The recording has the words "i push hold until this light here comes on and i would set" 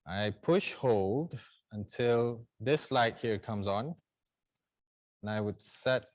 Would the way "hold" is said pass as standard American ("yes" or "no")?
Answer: yes